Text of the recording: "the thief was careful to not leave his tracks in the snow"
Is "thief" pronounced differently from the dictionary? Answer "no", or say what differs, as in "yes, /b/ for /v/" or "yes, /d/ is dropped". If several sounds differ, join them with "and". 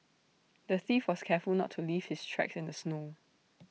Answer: no